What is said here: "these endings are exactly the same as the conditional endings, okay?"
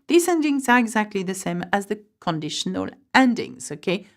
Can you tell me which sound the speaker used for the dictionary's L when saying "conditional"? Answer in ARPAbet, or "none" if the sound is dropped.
L